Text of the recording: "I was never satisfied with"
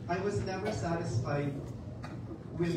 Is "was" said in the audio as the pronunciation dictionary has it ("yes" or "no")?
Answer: yes